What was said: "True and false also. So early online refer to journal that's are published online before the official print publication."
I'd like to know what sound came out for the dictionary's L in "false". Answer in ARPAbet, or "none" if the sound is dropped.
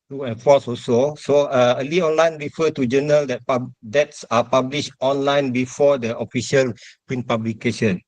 none